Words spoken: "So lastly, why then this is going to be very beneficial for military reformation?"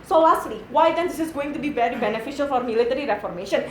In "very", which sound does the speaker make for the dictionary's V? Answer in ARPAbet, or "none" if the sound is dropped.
B